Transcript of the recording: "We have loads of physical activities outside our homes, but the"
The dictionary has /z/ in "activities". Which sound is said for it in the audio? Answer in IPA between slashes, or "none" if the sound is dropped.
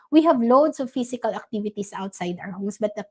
/s/